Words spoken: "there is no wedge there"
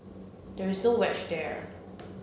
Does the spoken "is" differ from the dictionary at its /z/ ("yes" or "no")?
no